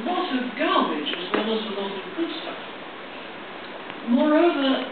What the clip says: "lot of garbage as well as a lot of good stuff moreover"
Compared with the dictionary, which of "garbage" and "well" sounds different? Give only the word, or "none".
garbage